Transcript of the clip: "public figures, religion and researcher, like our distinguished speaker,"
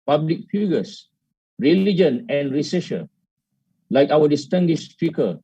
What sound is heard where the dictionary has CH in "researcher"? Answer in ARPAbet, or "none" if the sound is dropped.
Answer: SH